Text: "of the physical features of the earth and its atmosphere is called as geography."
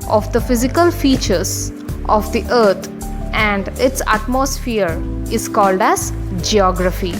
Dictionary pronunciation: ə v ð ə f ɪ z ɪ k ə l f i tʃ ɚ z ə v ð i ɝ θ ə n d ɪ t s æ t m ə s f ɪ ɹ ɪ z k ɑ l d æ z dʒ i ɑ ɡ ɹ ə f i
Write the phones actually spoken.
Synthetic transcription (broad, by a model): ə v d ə f ɪ z ɪ k ə l f i tʃ ɚ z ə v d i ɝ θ ə n d ɪ t s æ t m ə s f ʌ ɹ ɪ z k ɑ l d æ z dʒ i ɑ ɡ ɹ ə f i